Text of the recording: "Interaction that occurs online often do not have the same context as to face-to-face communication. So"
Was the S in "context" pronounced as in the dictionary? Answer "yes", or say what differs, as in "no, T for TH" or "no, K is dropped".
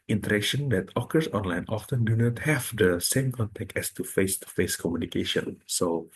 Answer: no, S is dropped